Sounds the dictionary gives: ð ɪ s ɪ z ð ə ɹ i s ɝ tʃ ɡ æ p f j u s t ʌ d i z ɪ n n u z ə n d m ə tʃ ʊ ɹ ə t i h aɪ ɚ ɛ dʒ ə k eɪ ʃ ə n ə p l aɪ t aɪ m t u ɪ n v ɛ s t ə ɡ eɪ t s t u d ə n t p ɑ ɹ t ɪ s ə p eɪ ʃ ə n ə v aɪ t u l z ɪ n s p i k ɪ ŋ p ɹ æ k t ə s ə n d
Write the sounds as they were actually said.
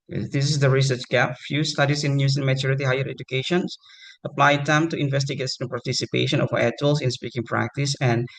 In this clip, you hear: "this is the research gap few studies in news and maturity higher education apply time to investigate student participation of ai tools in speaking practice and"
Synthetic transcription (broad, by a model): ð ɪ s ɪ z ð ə ɹ i s ɝ tʃ ɡ æ p f j u s t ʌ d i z ɪ n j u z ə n m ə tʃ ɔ ɹ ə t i h aɪ ɚ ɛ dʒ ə k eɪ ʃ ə n ə p l aɪ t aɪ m t u ɪ n v ɛ s t ə ɡ eɪ t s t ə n p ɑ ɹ t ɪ s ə p eɪ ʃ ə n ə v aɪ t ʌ l s ɪ n s p i k ɪ ŋ p ɹ æ k t ə s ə n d